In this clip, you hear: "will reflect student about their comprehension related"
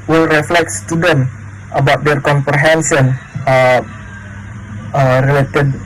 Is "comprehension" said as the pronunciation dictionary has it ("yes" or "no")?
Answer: no